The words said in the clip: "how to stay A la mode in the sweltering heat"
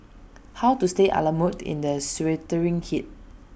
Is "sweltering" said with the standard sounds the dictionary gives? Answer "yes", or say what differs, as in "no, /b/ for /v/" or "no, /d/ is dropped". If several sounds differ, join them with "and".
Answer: no, /l/ is dropped